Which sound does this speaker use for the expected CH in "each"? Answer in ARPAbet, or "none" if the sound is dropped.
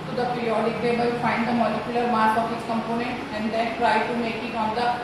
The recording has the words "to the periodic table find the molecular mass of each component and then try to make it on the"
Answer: S